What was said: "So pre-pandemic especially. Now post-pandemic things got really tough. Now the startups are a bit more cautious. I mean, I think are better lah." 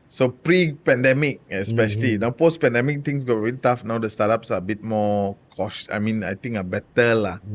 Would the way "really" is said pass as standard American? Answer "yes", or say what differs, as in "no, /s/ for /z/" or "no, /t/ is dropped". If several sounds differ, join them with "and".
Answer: no, /l/ is dropped